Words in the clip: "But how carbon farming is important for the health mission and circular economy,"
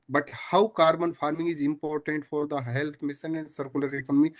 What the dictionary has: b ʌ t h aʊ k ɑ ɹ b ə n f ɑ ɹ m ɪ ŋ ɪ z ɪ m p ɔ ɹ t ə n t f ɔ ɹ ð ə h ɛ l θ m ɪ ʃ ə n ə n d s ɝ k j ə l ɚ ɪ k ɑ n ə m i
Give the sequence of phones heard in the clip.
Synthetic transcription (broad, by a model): b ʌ t h aʊ k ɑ ɹ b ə n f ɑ ɹ m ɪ ŋ ɪ z ɪ m p ɔ ɹ t ə n t f ɔ ɹ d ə h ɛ l t m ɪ s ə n ə n d s ɝ k j ə l ɚ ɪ k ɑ n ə m i